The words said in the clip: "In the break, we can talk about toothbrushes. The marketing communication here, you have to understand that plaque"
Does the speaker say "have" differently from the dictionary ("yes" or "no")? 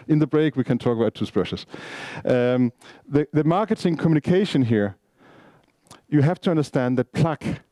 yes